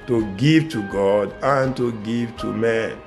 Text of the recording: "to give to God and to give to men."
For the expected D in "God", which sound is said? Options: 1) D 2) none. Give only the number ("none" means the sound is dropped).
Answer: 1